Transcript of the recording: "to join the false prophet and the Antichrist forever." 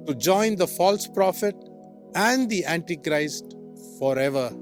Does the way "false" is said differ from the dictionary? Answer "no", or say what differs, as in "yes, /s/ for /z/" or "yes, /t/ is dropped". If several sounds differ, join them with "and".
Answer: no